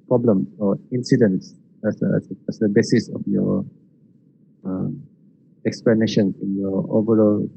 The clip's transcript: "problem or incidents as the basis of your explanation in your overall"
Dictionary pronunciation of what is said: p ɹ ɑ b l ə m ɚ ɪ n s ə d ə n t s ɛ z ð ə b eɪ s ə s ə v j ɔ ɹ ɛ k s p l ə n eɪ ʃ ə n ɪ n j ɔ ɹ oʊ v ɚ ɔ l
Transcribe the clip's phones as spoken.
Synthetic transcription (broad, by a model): p ɹ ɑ b l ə m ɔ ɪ n s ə d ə n s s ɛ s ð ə b eɪ s ə s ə f j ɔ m ɛ k s p l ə n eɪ ʃ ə n ɪ n j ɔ oʊ v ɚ ɔ l